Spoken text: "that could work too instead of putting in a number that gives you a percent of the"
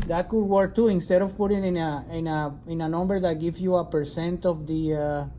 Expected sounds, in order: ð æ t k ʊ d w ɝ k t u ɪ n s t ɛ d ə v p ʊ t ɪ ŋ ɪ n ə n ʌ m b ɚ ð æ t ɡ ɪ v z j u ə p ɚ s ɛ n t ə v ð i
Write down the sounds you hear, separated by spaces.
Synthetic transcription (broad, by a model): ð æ t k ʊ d w ɝ k t u ɪ n s t ɛ d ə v p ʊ t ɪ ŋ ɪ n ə n ʌ m b ɚ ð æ t ɡ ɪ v j u ə p ɚ s ɛ n t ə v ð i